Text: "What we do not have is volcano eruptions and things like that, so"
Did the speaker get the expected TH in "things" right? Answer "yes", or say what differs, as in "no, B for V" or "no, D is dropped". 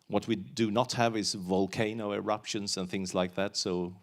yes